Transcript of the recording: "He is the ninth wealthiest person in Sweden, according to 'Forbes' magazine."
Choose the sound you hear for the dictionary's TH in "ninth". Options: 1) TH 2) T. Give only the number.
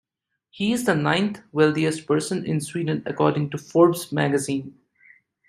2